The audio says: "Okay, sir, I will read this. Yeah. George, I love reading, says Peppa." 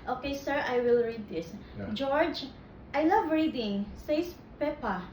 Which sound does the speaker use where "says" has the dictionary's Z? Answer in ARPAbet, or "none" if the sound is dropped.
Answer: S